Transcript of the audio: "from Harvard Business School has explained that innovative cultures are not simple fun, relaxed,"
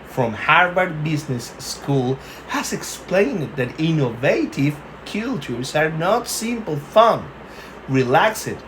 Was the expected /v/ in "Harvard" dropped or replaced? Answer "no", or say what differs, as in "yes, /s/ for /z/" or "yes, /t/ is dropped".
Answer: yes, /b/ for /v/